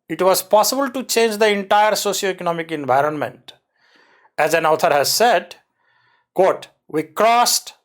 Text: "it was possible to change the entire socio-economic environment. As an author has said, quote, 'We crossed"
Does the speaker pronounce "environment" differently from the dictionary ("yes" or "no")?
no